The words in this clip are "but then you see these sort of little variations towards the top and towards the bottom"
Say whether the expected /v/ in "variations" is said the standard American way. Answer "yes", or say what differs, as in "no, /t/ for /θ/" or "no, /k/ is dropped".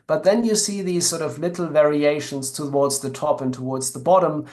yes